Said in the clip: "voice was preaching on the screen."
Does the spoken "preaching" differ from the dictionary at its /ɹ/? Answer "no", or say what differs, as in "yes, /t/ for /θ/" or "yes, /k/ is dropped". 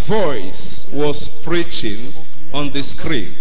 no